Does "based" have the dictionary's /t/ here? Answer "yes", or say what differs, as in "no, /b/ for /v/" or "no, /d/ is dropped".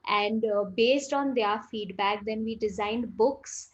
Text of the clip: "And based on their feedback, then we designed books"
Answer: yes